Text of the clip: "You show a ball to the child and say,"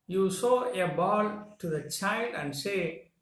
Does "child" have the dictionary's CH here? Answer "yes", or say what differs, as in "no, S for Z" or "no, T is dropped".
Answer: yes